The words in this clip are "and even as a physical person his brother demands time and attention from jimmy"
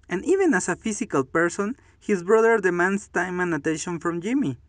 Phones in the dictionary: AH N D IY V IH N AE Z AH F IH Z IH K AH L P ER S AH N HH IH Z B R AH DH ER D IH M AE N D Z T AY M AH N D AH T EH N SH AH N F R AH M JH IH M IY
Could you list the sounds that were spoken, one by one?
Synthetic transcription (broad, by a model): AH N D IY V IH N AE S AH F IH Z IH K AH L P ER S AH N HH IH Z B R AH DH ER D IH M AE N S T AY M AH N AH T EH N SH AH N F R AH M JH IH M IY